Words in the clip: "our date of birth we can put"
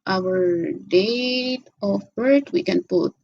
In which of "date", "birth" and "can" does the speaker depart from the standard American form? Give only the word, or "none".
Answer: birth